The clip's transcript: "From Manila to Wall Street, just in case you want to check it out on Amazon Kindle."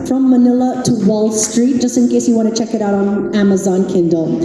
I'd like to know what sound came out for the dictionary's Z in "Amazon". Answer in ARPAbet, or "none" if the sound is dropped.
Z